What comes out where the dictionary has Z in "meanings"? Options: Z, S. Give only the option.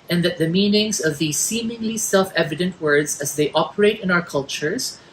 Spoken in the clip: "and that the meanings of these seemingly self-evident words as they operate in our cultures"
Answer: Z